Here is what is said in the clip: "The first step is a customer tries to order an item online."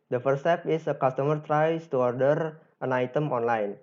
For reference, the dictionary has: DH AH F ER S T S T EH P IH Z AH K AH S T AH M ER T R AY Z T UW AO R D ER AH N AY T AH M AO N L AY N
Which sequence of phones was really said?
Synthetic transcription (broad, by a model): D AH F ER T S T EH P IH S AH K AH S T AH M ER T R AY S T UW AO R D ER AH N AY T AH M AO N L AY N